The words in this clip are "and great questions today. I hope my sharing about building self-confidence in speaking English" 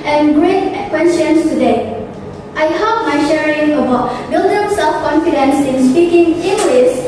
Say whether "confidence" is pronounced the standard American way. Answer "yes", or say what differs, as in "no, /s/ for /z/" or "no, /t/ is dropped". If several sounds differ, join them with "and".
yes